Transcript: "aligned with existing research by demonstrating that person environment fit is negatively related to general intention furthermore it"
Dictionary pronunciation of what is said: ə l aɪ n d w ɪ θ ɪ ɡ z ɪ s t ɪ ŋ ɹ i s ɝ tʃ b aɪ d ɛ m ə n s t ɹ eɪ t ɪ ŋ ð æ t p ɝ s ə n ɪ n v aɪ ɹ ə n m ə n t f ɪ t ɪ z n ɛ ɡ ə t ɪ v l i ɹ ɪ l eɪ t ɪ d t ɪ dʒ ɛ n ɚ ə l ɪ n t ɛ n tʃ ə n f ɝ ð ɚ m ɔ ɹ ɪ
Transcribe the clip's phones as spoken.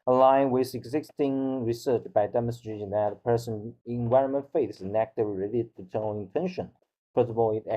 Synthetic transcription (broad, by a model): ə l aɪ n w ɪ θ ɪ ɡ z ɪ s t ɪ ŋ ɹ i s ɝ tʃ b aɪ d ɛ m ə n s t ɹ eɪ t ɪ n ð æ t p ɝ s ə n ɪ n v aɪ ɹ ə n m ə n t f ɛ ɪ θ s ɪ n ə t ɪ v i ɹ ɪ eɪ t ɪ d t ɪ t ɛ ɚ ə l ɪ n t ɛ n ʃ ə n p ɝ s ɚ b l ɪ